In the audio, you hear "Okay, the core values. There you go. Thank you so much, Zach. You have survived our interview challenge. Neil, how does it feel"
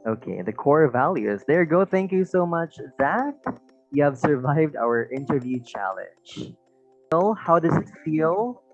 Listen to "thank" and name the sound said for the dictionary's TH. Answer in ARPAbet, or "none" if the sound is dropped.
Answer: TH